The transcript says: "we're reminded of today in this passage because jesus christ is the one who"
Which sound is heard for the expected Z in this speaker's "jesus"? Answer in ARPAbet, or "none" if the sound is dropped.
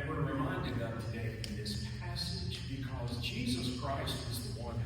Z